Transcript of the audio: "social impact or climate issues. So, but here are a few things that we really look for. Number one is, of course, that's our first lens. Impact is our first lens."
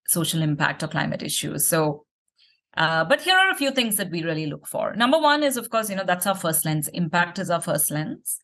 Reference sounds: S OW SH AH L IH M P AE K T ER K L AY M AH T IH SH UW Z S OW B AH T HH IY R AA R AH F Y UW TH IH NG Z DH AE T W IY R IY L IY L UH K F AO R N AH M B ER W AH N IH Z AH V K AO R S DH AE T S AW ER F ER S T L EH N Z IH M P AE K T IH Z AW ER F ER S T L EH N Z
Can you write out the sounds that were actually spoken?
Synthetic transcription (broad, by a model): S OW SH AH L IH M P AE K T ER K L AY M AH T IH SH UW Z S OW B AH T HH IY R AA R AH F Y UW T IH NG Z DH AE T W IY R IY L IY L UH K F AO R N AH M B ER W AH N IH Z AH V K AO R S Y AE T S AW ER F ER S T L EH N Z IH M P AE K T IH Z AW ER F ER S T L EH N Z